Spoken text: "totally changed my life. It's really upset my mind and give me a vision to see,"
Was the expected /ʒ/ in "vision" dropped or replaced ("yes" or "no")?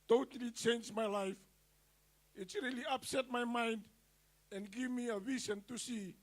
yes